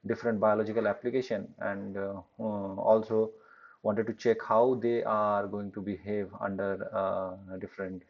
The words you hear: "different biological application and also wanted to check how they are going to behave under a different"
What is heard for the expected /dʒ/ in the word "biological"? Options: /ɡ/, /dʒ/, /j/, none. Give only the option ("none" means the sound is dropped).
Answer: /dʒ/